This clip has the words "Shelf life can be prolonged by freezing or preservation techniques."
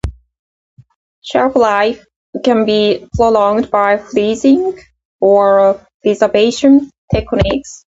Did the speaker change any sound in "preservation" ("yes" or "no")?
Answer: yes